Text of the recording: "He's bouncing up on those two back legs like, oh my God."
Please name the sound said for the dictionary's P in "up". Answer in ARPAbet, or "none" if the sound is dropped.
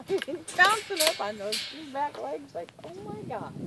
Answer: F